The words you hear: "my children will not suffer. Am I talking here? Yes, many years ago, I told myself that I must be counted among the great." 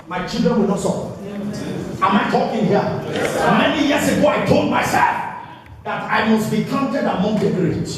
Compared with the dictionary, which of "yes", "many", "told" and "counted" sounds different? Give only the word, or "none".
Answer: yes